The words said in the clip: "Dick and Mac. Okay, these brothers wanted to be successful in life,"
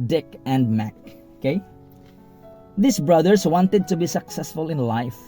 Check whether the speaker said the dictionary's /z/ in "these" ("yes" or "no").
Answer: no